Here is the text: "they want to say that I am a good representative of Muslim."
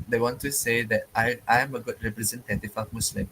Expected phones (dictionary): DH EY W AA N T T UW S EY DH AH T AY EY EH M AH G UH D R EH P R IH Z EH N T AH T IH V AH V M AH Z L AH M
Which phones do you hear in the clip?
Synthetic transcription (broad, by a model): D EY W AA N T T UW S EY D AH T AY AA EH M AH G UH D R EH P R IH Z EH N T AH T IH F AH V M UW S L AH M